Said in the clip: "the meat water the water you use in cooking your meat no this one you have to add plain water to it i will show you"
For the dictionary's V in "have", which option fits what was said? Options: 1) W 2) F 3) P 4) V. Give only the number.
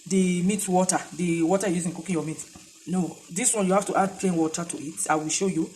2